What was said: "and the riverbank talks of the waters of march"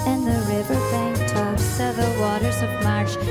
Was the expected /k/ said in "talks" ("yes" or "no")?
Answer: no